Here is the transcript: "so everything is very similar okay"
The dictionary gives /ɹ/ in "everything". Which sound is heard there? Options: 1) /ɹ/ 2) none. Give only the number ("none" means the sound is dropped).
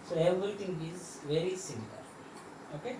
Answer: 2